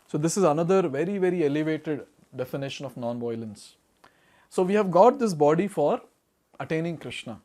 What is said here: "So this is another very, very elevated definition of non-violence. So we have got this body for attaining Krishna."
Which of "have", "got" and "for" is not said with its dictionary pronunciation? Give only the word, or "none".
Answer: none